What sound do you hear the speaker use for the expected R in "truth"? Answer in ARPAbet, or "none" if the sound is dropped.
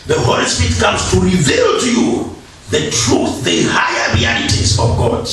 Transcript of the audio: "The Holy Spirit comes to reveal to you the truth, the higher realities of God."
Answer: R